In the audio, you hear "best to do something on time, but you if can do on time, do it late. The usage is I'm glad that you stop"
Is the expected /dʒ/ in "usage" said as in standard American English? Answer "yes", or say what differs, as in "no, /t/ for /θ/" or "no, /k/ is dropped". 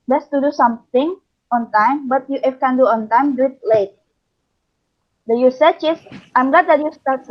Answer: no, /tʃ/ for /dʒ/